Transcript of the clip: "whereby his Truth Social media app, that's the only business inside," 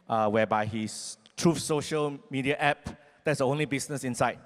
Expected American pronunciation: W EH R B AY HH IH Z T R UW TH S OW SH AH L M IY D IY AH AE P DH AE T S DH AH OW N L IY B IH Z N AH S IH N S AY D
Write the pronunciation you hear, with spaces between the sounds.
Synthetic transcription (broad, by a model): W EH B AY HH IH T R UW F S OW SH AH L M IY D IY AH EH P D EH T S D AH OW N L IY B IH S N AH S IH N S AY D